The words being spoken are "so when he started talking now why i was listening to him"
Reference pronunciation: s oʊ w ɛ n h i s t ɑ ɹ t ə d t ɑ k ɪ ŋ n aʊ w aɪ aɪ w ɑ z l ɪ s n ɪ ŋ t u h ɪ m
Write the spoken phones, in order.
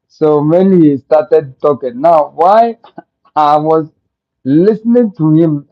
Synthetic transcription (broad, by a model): s oʊ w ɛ n h i s t ɑ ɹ t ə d t ɑ k ɪ ŋ n aʊ w aɪ aɪ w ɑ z l ɪ s n ɪ ŋ t u h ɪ m